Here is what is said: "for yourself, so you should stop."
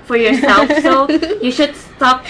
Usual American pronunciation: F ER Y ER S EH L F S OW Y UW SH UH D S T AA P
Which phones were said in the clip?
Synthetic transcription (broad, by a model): F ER Y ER S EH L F S OW Y UW SH UH D S T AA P